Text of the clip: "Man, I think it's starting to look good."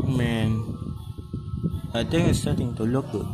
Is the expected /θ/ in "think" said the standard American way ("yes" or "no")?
no